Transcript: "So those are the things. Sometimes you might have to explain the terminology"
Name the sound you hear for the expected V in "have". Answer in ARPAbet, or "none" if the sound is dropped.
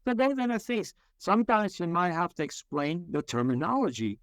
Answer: F